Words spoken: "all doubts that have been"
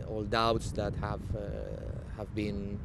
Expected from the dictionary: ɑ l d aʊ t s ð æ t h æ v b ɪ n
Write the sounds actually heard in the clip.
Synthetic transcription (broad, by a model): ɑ l d aʊ t s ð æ t h æ v b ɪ n